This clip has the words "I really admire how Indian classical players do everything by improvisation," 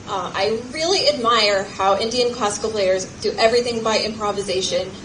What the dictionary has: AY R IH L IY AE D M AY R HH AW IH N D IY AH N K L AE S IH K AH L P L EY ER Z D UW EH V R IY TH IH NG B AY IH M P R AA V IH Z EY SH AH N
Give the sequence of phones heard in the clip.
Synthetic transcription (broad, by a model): AY R IH L IY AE D M AY R HH AW IH N D IY AH N K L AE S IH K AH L P L EY ER Z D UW EH V R IY TH IH NG B AY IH M P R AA V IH Z EY SH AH N